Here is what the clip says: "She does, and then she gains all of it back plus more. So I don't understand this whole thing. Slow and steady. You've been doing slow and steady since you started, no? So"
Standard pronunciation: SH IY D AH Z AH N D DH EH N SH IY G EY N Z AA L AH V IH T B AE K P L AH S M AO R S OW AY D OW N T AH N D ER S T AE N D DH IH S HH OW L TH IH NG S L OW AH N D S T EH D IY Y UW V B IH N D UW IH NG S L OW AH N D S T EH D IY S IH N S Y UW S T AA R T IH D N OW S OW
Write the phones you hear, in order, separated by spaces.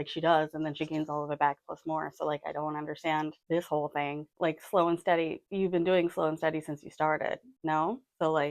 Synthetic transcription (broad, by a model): SH IY D AH Z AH N DH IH N SH IY G EY N Z AA L AH V IH T B AE K P L AH S M AO R S OW AY D OW N T AH N D ER S T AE N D DH IH S HH OW L TH IH NG S L OW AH N S T EH D IY Y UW V B IH N D UW IH NG S L OW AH N S T EH D IY S IH N S Y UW S T AA R T IH D N OW S OW